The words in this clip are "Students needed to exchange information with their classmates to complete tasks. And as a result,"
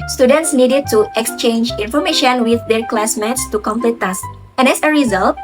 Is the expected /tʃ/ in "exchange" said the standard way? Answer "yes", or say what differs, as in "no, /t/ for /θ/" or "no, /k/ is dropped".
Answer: yes